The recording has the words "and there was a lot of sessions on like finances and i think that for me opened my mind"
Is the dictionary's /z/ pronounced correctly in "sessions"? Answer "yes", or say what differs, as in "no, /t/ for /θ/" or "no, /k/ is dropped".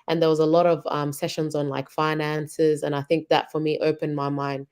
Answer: yes